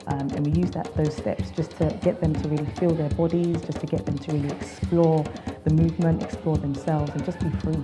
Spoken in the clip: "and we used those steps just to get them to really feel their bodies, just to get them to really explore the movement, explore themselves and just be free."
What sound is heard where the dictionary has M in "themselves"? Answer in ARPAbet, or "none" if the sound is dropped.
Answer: M